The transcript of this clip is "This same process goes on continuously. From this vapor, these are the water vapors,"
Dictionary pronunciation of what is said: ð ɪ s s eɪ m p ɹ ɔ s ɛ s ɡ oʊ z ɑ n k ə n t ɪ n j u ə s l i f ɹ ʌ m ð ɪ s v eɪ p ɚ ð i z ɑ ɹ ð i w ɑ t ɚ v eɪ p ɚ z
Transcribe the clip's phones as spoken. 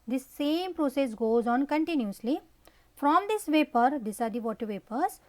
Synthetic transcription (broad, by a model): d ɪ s s eɪ m p ɹ ɔ s ɛ s ɡ oʊ z ɑ n k ə n t ɪ n j u ə s l i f ɹ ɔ m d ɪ s v eɪ p ɚ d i s ɑ ɹ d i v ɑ t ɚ v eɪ p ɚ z